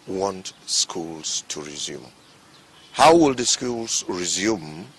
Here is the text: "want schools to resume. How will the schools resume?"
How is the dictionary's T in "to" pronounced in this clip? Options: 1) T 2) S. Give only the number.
1